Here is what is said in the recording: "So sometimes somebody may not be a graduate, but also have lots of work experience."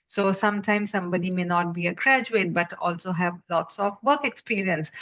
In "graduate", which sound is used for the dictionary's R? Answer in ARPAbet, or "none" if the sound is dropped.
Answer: R